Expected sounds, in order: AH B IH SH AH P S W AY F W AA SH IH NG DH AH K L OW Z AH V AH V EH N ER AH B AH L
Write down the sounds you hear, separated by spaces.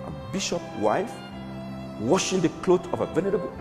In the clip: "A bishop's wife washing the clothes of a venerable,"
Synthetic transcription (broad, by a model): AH B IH SH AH P W AY F W AA SH IH NG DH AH K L OW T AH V AH V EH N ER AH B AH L